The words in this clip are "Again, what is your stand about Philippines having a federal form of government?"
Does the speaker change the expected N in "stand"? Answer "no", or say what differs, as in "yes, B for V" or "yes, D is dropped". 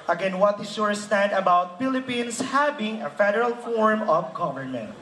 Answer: no